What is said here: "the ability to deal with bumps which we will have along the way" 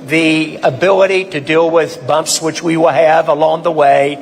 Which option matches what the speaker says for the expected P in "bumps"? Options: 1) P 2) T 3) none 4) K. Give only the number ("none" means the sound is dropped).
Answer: 1